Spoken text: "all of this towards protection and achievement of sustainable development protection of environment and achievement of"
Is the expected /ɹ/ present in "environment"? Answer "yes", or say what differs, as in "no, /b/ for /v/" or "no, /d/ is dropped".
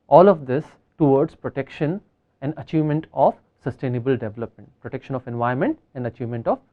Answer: no, /ɹ/ is dropped